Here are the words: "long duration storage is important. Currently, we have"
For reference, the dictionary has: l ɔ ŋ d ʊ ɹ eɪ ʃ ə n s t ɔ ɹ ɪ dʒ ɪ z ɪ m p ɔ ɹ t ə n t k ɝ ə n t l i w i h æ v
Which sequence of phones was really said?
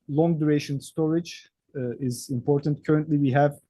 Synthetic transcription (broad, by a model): l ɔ ŋ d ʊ ɹ eɪ ʃ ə n s t ɔ ɹ ɪ dʒ ɪ z ɪ m p ɔ ɹ t ə n t k ɝ ə n t l i w i h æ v